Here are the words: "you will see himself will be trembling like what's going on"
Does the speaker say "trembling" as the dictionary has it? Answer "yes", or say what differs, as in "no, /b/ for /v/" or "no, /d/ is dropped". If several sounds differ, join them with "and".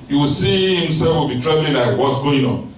no, /m/ is dropped